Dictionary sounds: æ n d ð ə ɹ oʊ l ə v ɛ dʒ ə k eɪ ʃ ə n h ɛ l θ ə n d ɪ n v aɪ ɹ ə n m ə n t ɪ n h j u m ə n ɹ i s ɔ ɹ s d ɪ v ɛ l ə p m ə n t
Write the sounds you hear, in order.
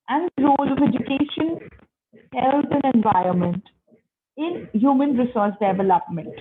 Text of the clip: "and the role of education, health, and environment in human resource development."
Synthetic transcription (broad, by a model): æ n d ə ɹ oʊ l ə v ɛ dʒ ə k eɪ ʃ ə n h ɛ l t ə n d ɪ n v aɪ ɹ ə n m ə n t ɪ n h j u m ə n ɹ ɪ s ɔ ɹ s d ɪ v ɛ l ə p m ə n t